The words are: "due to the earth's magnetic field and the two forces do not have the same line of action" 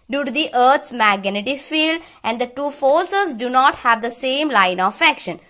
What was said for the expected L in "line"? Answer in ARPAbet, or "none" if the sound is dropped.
L